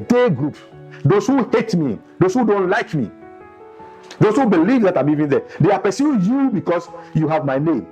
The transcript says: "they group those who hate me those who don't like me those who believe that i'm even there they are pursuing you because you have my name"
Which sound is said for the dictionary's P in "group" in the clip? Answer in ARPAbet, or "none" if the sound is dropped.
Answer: P